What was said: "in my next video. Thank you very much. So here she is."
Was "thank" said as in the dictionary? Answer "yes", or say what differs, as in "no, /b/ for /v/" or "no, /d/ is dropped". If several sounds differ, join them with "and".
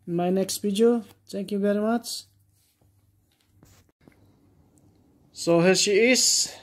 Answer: no, /t/ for /θ/